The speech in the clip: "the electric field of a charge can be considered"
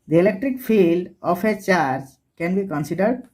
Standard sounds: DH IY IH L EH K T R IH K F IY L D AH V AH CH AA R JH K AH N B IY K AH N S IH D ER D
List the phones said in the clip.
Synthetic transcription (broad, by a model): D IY IH L EH K T R IH K F IY L D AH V AH CH AA R JH K AH N B IY K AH N S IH D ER D